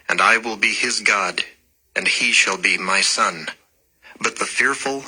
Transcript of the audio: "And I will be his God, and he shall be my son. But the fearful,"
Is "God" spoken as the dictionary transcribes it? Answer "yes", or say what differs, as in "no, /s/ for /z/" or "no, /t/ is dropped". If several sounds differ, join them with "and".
yes